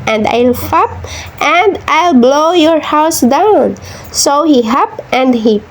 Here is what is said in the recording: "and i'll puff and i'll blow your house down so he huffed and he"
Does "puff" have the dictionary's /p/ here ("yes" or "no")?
no